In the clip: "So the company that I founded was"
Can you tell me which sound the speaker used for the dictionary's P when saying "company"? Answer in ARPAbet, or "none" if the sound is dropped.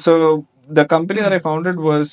P